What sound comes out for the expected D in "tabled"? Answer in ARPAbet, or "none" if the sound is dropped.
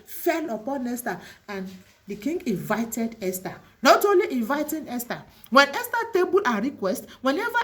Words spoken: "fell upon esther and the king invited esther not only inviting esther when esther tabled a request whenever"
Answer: none